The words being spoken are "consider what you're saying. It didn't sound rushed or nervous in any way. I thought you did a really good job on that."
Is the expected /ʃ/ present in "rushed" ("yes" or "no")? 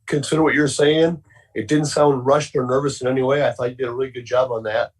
yes